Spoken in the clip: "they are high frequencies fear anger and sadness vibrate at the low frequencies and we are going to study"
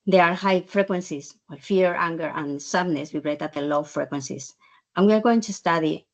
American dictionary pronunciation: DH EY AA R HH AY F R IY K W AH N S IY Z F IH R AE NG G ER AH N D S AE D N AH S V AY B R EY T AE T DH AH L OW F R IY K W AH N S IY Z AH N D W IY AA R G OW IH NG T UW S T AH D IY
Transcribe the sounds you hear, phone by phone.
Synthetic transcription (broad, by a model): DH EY AA R HH AY F R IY K W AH N S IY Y F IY R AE NG G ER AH N S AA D N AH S W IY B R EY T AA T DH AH L OW F R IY K W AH N S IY S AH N W IY AA R G OW IH NG T UW S T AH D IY